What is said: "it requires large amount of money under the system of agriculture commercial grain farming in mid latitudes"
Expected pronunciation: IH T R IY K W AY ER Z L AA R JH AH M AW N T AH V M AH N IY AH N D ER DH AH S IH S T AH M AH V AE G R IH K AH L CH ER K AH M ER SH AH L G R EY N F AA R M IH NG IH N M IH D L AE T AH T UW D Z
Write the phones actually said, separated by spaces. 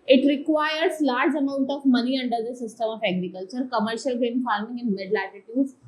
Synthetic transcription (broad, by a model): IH T R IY K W AY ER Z L AA R JH AH M AW N T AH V M AH N IY AH N D ER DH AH S IH S T AH M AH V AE G R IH K AH L CH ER K AH M ER SH AH L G EY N F AA R M IH NG IH N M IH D L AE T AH T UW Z